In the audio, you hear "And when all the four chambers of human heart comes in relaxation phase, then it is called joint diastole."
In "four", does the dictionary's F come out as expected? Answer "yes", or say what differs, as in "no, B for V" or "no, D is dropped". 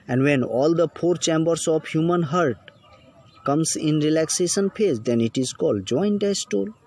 no, P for F